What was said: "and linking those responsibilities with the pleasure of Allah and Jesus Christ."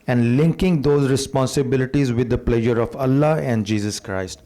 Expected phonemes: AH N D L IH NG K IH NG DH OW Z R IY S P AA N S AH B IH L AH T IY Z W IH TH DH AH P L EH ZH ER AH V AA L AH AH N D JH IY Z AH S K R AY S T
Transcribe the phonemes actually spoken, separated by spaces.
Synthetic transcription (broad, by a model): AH N D L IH NG K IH NG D OW Z R IY S P AA N S AH B IH L AH T IY Z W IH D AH P L EH ZH ER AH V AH L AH AH N D JH IY Z AH S K R AY S T